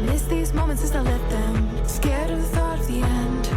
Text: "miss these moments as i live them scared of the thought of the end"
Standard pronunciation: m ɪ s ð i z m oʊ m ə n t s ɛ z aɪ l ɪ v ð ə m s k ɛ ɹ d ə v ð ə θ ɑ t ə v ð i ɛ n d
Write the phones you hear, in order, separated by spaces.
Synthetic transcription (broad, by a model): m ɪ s ð i z m oʊ m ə n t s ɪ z aɪ l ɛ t ð ə m s k ɛ ɹ d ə ð ə θ ɑ t ə v ð i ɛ n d